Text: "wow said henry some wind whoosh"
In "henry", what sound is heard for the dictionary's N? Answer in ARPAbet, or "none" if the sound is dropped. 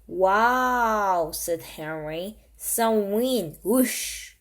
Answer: N